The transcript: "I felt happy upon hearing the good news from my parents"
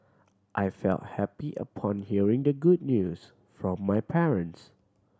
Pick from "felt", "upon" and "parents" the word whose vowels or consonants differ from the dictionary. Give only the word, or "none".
none